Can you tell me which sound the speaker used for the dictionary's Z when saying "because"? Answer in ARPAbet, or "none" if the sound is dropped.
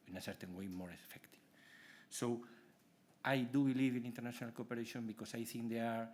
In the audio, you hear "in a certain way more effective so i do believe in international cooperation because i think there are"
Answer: S